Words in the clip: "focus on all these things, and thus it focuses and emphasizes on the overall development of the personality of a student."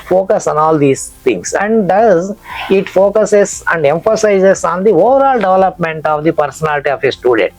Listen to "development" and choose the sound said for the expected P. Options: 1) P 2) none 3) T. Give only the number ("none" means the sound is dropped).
1